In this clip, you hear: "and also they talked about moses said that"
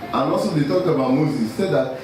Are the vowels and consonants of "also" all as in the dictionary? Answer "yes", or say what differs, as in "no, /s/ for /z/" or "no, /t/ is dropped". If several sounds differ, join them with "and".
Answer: no, /l/ is dropped